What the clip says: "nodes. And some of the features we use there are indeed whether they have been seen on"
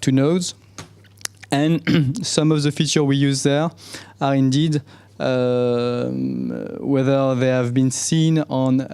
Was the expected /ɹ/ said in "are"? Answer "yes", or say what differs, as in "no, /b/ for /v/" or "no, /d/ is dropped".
yes